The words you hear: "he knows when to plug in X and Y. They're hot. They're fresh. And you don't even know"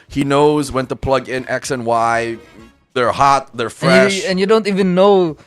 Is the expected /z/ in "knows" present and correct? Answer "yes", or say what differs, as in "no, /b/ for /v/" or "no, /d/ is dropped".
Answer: yes